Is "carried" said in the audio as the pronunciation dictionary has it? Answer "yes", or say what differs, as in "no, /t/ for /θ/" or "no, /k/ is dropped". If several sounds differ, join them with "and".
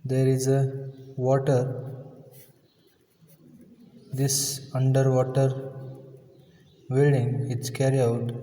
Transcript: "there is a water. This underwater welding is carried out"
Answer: no, /d/ is dropped